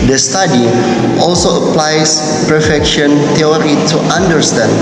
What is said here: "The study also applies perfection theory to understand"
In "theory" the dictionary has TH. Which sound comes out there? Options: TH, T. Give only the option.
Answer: T